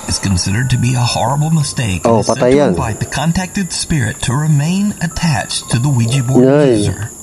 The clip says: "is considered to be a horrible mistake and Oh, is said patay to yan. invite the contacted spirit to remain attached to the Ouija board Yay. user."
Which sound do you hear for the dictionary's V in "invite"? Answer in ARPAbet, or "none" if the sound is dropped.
F